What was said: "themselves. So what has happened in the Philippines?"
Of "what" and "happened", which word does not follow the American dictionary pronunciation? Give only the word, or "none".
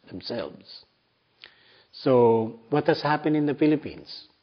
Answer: happened